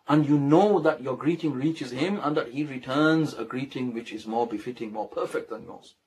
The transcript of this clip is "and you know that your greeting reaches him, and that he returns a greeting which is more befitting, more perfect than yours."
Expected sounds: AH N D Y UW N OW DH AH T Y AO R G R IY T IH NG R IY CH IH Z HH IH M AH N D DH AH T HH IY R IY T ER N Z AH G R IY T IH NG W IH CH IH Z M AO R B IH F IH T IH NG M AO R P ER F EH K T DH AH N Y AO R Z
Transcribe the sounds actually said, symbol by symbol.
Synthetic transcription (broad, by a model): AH N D Y UW N OW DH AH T Y AO R G R IY T IH NG R IY CH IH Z HH IH M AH N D DH AH T HH IY R IY T ER N Z AH G R IY T IH NG W IH CH IH Z M AO R B IH F IH T IH NG M AO R P ER F EH K T DH AH N Y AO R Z